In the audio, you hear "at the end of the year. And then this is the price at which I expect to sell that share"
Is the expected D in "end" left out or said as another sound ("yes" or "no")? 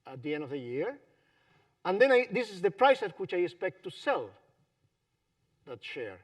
no